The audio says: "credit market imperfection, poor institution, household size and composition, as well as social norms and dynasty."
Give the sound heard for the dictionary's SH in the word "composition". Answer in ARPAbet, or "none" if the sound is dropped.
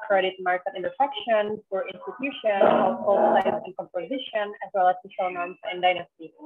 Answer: SH